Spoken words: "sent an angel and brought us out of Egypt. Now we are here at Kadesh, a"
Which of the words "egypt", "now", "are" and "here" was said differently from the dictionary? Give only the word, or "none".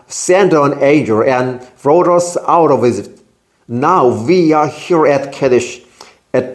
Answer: egypt